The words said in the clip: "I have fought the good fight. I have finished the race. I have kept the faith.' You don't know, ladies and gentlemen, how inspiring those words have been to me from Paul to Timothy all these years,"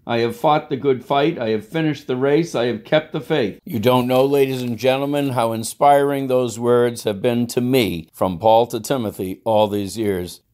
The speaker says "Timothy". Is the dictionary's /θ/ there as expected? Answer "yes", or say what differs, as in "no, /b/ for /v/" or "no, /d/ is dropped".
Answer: yes